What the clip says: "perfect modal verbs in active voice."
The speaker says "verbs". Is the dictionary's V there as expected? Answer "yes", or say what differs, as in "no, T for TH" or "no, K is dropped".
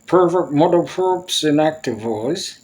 no, P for V